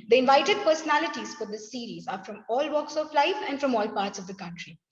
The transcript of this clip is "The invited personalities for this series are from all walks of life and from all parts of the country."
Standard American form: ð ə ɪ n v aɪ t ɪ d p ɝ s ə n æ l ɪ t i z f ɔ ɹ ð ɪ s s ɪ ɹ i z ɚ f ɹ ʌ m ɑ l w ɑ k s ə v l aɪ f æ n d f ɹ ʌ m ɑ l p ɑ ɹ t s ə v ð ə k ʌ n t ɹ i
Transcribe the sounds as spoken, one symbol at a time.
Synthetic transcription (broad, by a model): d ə ɪ n v aɪ t ɪ d p ɝ s ə n æ l ɪ t i z f ɔ ɹ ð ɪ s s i ɹ i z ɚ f ɹ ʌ m ɑ l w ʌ k s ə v l aɪ f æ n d f ɹ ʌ m ɑ l p ɑ ɹ t s ə v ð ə k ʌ n t ɹ i